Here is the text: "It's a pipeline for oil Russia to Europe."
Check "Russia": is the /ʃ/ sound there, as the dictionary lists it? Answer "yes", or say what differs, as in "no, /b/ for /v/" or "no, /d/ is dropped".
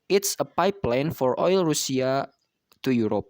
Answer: no, /s/ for /ʃ/